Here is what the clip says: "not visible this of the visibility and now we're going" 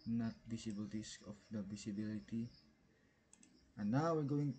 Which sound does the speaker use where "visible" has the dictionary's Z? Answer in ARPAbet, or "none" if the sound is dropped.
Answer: S